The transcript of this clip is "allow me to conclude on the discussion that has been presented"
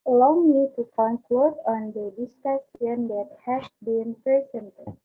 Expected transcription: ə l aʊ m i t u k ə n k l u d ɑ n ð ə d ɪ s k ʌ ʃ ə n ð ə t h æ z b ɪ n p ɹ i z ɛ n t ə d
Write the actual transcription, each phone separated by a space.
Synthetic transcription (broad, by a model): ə l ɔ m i t u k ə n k l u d ɑ n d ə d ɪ s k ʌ s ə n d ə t h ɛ s b ɪ n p ɹ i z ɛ n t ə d